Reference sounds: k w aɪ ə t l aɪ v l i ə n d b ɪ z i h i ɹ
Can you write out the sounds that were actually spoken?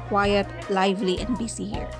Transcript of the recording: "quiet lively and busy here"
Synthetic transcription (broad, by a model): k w aɪ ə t l aɪ v l i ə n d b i s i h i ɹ